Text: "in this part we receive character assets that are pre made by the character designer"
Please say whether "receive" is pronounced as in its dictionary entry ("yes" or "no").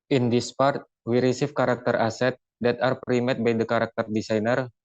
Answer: no